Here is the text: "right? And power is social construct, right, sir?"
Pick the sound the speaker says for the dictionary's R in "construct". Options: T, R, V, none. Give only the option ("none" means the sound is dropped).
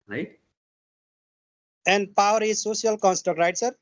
none